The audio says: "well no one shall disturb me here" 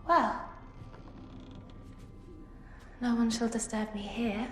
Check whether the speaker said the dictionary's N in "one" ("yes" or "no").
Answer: yes